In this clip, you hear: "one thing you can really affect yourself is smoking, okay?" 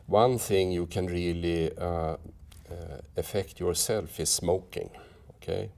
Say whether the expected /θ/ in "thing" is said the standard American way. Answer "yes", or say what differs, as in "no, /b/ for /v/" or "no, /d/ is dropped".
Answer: yes